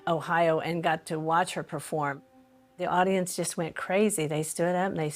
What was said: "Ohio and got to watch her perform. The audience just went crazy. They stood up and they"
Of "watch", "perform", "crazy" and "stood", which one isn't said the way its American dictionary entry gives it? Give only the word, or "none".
none